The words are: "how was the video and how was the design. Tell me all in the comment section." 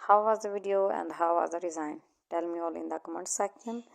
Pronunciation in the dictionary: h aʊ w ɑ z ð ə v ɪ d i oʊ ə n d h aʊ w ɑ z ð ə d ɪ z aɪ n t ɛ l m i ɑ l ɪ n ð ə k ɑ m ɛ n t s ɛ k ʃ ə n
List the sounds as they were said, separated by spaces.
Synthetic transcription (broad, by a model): h aʊ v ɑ z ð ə v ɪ d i oʊ ə n d h aʊ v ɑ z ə d ɪ z aɪ n t ɛ l m i ɑ l ɪ n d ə k ɑ m ɛ n t s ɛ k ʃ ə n